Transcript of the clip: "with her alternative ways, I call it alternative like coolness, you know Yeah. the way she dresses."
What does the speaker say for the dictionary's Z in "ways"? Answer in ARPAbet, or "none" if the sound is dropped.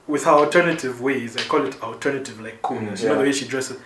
Z